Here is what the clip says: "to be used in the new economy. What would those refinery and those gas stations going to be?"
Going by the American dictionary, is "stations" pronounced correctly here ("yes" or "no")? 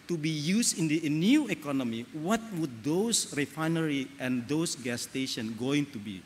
no